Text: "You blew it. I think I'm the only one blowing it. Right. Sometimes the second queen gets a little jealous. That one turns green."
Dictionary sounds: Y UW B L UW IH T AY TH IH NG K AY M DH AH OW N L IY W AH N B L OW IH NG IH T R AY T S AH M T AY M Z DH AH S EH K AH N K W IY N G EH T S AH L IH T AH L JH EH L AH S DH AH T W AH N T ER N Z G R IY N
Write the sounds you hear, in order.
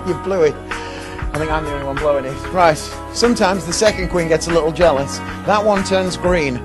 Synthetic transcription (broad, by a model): Y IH B L UW IH T AY TH IH NG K AY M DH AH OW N IY W AH N B L OW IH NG IH T R AY T S AH M T AY M Z DH AH S EH K AH N K W IY N G EH T S AH L IH T L JH EH L AH S DH AH T W AH N T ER N Z G R IY N